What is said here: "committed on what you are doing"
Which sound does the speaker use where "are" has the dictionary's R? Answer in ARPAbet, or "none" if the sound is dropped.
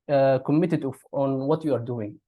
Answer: R